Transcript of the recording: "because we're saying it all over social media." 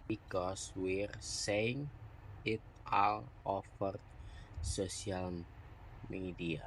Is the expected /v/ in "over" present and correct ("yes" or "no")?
no